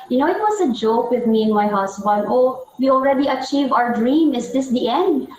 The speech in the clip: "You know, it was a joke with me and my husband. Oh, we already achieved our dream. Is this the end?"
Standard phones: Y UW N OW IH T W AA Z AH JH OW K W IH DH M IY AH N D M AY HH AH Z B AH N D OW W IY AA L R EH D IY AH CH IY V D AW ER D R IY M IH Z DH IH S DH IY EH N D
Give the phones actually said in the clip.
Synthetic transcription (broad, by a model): Y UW N OW IH T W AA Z AH JH OW K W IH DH M IY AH N M AY HH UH S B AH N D OW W IY AA L R EH D IY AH CH IY V AW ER D R IY M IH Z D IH S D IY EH N D